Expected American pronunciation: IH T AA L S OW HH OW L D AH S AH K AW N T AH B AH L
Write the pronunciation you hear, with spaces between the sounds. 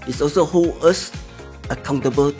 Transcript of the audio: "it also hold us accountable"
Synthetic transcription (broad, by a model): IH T AA L S OW HH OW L AH S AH K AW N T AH B AH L